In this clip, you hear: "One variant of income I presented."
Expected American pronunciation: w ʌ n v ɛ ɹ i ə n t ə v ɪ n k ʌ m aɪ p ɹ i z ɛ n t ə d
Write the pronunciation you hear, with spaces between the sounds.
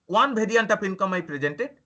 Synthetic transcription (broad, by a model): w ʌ n b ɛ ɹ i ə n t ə p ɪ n k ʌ m aɪ p ɹ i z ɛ n t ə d